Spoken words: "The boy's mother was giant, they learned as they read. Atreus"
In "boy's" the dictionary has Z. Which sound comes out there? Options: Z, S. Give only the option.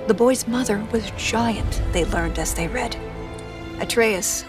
Z